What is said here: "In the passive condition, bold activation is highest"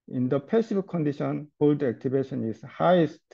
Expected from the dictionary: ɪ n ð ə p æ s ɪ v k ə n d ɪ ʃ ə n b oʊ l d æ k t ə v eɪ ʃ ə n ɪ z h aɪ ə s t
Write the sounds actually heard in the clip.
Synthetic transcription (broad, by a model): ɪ n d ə p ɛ s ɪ b k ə n d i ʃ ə n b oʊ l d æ k t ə b eɪ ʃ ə n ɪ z h aɪ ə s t